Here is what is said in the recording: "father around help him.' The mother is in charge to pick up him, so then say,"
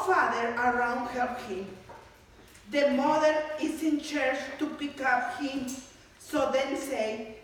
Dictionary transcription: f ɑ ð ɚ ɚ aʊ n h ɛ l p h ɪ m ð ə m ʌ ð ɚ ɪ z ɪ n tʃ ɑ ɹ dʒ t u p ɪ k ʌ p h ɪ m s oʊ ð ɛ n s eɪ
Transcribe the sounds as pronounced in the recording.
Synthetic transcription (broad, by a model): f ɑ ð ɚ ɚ aʊ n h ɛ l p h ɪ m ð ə m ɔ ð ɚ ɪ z ɪ n tʃ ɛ ɹ tʃ t u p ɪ k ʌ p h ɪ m s oʊ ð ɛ n s eɪ